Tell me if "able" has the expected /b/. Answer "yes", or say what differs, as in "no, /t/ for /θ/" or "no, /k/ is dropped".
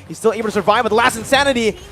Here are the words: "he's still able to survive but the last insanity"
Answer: no, /b/ is dropped